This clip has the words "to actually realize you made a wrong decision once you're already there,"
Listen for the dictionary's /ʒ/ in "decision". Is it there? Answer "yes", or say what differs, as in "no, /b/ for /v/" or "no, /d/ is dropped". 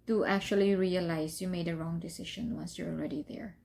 no, /ʃ/ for /ʒ/